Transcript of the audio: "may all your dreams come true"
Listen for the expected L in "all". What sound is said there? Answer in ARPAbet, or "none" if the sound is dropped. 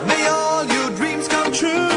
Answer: L